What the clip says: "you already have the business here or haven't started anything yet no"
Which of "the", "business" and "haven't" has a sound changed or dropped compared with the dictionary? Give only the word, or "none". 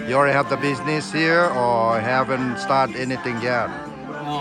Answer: none